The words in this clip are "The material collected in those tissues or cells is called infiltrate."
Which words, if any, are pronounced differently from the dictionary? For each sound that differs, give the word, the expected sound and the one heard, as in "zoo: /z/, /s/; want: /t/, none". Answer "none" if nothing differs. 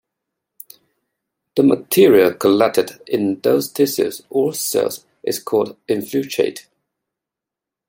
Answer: collected: /k/, none; tissues: /ʃ/, /s/